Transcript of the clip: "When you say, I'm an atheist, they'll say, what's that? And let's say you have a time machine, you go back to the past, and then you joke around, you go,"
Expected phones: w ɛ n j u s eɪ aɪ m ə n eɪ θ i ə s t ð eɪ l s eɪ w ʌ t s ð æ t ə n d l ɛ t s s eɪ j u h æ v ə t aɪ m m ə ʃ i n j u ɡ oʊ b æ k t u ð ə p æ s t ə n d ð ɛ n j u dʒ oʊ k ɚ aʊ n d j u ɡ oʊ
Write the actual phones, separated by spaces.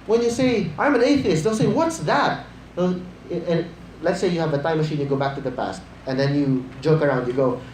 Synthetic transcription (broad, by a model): w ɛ n j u s eɪ aɪ m ə n eɪ θ i ə s t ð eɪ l s eɪ w ʌ t s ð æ t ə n l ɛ t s s eɪ j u h æ v ə t aɪ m m ə ʃ i n j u ɡ oʊ b æ k t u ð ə p æ s t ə n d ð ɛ n j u dʒ oʊ k ɚ aʊ n d j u ɡ oʊ